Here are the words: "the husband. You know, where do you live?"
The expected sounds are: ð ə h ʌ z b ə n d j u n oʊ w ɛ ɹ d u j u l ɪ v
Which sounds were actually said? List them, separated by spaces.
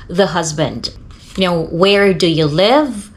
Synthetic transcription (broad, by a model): ð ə h ʌ z b ə n d j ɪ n oʊ w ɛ ɹ d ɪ j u l ɪ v